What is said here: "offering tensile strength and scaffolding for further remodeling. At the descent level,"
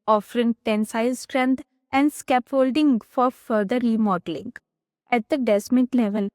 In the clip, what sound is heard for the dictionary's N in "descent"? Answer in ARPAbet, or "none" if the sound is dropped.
none